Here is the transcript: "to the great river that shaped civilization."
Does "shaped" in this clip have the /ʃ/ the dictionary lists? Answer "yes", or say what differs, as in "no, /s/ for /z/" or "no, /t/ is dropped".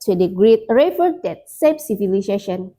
no, /s/ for /ʃ/